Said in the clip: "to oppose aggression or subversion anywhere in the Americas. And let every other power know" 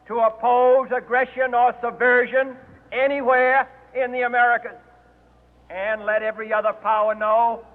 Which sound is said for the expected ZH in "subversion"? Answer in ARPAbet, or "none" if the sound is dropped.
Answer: ZH